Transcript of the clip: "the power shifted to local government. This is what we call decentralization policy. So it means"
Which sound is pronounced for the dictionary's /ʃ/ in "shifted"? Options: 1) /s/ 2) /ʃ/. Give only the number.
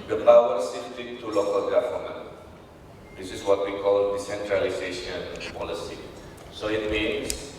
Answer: 1